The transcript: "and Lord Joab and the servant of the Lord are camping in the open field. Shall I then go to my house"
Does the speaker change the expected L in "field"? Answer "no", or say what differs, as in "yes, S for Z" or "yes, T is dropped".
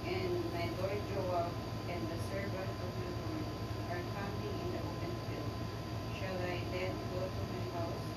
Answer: yes, L is dropped